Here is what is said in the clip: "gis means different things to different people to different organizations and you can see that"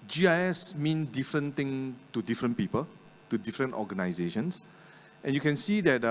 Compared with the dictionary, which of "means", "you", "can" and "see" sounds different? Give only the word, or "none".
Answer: means